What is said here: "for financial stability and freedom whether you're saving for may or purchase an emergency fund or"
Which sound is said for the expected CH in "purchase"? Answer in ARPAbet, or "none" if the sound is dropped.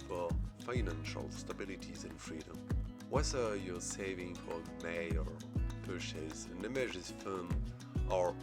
SH